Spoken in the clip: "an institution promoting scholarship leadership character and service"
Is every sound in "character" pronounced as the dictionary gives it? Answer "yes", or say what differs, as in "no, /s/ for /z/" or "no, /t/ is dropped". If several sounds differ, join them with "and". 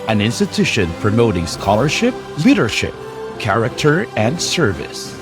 yes